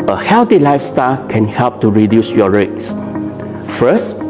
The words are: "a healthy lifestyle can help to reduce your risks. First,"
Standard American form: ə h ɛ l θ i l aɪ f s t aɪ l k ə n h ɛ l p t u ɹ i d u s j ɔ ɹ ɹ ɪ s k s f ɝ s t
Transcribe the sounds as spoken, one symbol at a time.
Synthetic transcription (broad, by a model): ə h ɛ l t i l aɪ f s t aɪ l k ə n h ɛ l p t u ɹ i d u s j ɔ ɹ ɹ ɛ k s f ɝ s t